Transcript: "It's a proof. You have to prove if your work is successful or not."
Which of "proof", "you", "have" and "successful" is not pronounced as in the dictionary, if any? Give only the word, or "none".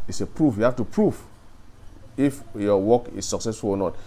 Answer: have